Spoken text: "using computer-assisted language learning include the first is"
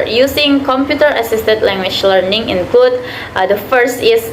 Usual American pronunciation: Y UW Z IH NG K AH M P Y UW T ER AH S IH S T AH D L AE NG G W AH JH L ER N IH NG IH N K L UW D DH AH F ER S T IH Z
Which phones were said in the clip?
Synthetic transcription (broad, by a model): Y UW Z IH NG K AH M P Y UW T ER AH S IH S T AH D L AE NG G W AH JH L ER N IH NG IH N K L UW D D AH F ER S T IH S